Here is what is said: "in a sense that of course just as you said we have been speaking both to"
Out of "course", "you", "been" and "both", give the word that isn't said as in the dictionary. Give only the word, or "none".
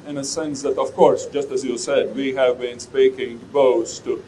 both